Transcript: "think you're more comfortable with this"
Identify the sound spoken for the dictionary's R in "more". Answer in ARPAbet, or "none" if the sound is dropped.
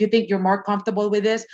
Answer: R